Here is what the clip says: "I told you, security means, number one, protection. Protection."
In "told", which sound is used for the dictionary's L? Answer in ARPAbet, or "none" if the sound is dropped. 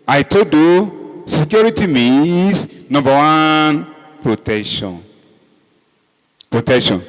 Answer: none